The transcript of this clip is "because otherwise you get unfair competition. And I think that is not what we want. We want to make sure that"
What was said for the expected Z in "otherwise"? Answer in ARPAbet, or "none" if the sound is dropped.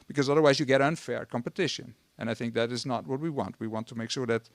Z